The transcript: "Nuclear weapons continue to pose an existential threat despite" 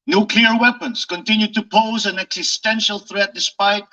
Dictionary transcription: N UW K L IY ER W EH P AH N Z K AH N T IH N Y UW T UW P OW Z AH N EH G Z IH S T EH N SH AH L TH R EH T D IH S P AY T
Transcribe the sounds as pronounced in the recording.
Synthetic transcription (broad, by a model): N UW K L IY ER W EH P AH N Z K AH N T IH N Y UW T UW P OW Z AH N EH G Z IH S T EH N SH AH L TH R EH T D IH S P AY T